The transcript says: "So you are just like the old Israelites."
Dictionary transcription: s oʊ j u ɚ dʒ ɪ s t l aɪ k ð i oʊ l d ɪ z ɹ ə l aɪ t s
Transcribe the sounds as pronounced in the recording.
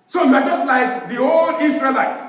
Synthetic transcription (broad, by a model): s oʊ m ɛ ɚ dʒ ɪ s l aɪ k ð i oʊ l d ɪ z ɹ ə l aɪ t s